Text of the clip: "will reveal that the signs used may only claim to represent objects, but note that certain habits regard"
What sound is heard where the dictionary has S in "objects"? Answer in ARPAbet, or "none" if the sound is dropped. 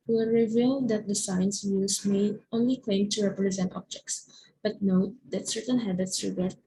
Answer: S